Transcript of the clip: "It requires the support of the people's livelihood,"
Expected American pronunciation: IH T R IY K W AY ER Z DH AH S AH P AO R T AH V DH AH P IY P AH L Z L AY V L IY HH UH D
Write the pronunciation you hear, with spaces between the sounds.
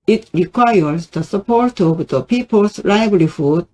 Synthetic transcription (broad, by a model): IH T R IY K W AY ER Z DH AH S AH P AO R T AH V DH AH P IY P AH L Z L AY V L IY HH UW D